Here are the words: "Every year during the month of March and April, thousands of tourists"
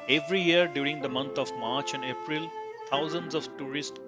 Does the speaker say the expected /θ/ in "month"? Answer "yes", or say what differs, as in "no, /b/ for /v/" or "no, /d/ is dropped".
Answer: no, /t/ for /θ/